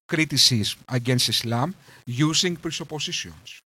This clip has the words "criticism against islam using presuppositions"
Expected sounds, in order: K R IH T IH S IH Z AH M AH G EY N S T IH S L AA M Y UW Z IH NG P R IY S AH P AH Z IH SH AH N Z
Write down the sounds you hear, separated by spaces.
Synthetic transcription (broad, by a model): K R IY T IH S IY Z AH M AH G EY N S T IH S L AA M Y UW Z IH NG P R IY S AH P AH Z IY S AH N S